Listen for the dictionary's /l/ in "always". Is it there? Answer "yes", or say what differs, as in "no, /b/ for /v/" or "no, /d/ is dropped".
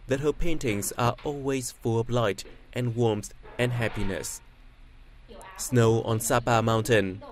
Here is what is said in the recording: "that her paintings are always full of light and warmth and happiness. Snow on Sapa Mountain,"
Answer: yes